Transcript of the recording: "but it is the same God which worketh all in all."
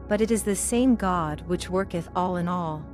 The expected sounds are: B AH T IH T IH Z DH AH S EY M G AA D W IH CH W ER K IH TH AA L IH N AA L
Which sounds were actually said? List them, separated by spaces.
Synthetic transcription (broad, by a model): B AH T IH T IH Z DH AH S EY M G AA D W IH CH W ER K IH TH AA L IH N AA L